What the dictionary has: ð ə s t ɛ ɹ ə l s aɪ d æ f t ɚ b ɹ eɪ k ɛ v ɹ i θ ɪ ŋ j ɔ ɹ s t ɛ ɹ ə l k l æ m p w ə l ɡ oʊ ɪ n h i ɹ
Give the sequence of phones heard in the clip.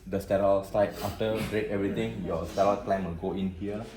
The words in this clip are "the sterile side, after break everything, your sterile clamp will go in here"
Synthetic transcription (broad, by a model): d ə s t ɛ ɹ ə l s aɪ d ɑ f t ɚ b ɹ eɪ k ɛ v ɹ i t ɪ ŋ j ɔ s t ɛ ɹ ə l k l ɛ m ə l ɡ oʊ ɪ n h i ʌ